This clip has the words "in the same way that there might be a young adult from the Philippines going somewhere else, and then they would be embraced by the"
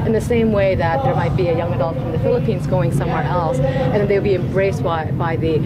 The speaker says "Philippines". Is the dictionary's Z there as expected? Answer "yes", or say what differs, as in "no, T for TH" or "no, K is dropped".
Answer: yes